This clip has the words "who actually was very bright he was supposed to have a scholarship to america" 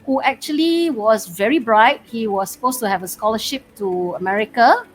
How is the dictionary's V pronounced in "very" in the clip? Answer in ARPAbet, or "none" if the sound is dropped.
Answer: V